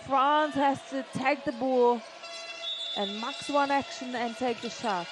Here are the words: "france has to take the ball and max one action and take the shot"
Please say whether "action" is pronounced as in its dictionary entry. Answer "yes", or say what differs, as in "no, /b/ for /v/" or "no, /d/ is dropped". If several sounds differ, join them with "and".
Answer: yes